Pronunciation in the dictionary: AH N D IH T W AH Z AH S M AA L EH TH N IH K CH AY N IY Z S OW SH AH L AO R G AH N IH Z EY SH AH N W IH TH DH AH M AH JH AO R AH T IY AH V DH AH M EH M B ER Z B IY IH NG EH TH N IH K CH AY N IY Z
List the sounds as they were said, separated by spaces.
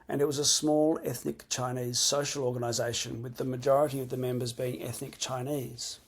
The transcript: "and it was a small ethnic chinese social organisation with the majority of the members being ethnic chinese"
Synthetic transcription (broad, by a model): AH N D IH T W AH Z AH S M AA L EH TH N IH K CH AY N IY Z S OW SH AH L AO R G AH N IH Z EY SH AH N W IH DH AH M AH JH AO R AH T IY AH V DH AH M EH M B ER Z B IY IH NG EH TH N IH K CH AY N IY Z